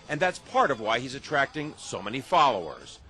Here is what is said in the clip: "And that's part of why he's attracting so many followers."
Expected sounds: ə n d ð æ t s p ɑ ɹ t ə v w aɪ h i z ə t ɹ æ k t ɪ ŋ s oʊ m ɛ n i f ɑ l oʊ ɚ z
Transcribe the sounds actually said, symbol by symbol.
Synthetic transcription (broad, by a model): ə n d ð æ t s p ɑ ɹ t ə v w aɪ h i z ə t ɹ æ k t ɪ ŋ s oʊ m ɛ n i f ɑ l oʊ ɚ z